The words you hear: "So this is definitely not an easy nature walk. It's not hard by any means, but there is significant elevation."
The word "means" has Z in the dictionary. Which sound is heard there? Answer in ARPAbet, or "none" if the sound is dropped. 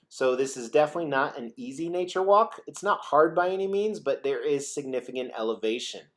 Z